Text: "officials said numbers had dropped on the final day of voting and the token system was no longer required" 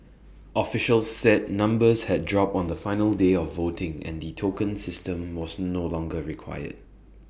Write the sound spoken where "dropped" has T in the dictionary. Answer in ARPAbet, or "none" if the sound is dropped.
none